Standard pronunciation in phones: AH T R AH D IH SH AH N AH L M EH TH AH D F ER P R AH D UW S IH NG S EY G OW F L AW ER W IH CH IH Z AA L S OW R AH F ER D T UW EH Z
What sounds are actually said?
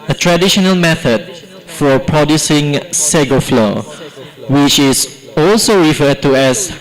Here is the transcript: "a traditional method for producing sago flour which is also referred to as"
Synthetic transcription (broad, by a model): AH T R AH D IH SH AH N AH L M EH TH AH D F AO P R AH D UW S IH NG S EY G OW F L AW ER W IH CH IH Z AA L S OW R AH F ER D T UW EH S